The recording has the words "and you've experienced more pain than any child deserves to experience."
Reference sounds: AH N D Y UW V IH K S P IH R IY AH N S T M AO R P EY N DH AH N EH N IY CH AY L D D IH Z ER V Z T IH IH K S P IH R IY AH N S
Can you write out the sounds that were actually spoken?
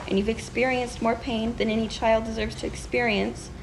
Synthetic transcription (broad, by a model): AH N Y UW V IH K S P IH R IY AH N S T M AO R P EY N DH AH N EH N IY CH AY L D D IH Z ER V Z T IH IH K S P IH R IY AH N S